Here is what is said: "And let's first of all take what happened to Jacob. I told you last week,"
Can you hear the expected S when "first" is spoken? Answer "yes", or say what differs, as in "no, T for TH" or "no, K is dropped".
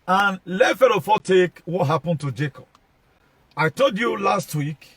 no, S is dropped